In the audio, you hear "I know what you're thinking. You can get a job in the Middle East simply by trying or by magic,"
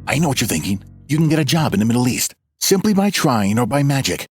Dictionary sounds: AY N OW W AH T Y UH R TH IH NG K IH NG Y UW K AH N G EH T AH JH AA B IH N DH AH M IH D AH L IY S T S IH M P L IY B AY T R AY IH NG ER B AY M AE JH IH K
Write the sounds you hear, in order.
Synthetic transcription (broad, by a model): AY N OW W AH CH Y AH R TH IH NG K IH NG Y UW K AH N G EH T AH JH AA B IH N DH AH M IH D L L IY S T S IH M P L IY B AY T R AY IH NG ER B AY M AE JH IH K